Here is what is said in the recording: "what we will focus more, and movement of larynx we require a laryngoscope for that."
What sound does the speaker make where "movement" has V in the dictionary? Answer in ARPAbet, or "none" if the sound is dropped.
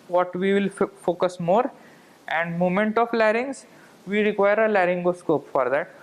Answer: none